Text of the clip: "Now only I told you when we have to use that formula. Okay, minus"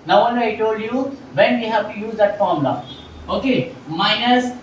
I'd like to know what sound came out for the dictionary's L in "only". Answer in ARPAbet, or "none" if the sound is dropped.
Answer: none